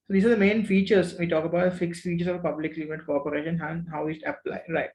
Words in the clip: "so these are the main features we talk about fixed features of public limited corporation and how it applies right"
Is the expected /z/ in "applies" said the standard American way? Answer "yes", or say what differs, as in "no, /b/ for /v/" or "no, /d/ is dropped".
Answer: no, /z/ is dropped